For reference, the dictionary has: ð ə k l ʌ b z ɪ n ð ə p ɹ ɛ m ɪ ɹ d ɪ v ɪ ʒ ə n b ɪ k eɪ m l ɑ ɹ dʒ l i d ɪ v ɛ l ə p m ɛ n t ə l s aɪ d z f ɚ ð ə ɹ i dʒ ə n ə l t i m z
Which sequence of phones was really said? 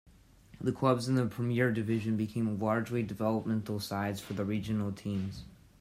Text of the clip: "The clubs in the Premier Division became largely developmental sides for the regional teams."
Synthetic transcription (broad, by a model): ð ə k l ʌ b z ɪ n ð ə p ɹ ɛ m ɪ ɹ d ɪ v ɪ ʒ ə n b ɪ k eɪ m l ɑ ɹ dʒ l i d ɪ v ɛ l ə p m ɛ n t l s aɪ d z f ɚ ð ə ɹ i dʒ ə n l t i m z